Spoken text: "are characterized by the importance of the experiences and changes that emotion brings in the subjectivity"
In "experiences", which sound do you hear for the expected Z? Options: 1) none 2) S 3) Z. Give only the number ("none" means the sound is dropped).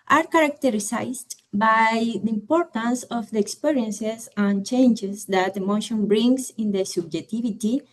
2